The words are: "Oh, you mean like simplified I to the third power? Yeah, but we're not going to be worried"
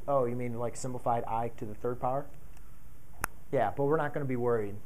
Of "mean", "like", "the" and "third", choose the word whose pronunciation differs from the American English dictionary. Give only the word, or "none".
none